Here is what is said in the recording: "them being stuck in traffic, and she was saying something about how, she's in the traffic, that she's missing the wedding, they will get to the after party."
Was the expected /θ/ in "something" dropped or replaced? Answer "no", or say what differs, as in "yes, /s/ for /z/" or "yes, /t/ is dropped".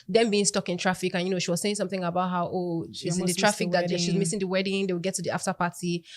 no